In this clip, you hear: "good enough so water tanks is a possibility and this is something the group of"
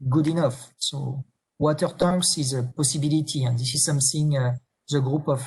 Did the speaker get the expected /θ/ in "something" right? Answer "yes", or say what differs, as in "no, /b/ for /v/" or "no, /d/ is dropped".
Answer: no, /s/ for /θ/